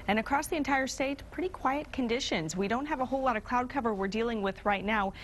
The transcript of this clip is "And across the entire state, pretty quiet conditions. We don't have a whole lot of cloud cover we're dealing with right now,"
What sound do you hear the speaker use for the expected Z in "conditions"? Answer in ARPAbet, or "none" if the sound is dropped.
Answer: Z